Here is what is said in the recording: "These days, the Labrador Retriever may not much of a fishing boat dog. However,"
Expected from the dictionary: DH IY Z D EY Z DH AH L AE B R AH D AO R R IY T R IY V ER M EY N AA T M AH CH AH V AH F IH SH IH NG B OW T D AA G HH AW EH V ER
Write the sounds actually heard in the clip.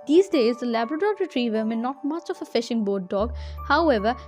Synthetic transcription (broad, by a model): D IY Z D EY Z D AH L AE B R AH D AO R R IY T R IY V ER M EY N AA T M AH CH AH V AH F IH SH IH NG B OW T D AA G HH AW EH V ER